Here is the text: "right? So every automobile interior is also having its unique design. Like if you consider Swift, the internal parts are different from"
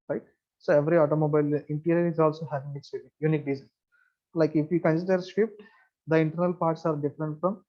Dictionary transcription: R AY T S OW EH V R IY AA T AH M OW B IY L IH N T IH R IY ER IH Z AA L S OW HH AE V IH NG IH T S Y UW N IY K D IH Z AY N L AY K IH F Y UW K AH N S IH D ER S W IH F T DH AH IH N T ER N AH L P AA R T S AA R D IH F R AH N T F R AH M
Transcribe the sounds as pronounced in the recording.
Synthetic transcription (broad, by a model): R AY T S OW EH V R IY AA T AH M OW B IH L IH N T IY R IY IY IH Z AA L S OW HH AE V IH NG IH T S Y UW N IY K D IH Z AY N L AY K IH F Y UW K AH N S IH D ER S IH P T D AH IH N T ER N AH L P AA R T S AA R D IH F R AH N T F R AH M